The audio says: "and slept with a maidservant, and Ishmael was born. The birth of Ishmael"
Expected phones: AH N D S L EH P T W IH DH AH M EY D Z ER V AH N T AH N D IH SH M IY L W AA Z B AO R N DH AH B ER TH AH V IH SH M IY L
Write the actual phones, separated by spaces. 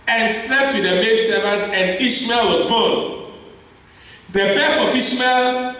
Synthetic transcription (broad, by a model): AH N S L EH P T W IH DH AH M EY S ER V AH N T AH N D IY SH M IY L W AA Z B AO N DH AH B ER F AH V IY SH M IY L